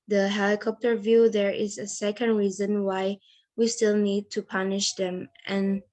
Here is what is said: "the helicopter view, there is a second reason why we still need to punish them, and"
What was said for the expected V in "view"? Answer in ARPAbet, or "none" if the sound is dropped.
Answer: V